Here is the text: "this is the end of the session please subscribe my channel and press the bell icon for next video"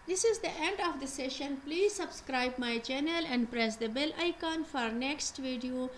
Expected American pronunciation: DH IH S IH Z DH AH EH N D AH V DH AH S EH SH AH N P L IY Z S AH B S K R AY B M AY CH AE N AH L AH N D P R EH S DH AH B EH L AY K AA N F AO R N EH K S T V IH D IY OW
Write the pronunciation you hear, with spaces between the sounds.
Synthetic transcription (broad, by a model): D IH S IH Z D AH EH N D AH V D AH S EH SH AH N P L IY Z S AH B S K R AY B M AY CH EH N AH L AH N D P R EH S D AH B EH L AY K AA N F AO R N EH K S T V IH D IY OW